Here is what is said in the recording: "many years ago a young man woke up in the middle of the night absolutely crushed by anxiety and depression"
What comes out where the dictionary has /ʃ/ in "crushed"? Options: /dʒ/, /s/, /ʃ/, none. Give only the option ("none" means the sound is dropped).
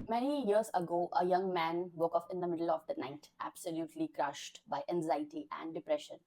/ʃ/